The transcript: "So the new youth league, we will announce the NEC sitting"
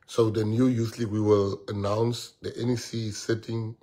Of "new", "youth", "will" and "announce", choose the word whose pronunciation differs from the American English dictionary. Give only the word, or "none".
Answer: youth